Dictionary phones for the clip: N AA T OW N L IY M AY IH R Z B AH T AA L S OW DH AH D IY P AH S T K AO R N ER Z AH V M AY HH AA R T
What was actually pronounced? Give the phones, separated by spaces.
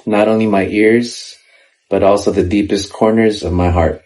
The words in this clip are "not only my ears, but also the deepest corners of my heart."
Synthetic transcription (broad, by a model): N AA T OW N L IY M AY IH R Z B AH T AA L S OW DH AH D IY P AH S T K AO R N ER Z AH V M AY HH AA R T